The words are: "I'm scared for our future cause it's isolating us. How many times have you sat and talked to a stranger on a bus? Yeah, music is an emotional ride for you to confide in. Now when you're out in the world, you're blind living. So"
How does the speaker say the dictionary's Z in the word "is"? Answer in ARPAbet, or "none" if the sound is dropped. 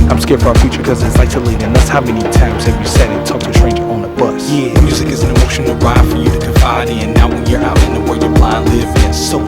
Z